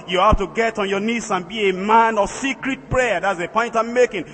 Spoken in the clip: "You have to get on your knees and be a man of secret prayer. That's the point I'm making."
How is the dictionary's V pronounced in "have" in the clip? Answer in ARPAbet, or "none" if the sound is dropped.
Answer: F